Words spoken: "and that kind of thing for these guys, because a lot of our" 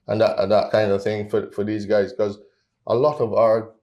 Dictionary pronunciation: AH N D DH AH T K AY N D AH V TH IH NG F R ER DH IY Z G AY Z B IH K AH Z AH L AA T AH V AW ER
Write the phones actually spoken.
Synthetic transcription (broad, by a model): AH N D DH AH T K AY N D AH V TH IH NG F R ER DH IY Z G AY Z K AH Z AH L AA T AH V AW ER